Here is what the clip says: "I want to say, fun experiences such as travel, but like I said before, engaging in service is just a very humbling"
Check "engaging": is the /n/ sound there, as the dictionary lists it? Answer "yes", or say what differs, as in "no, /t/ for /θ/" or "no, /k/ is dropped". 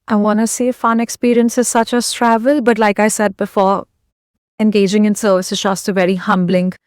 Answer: yes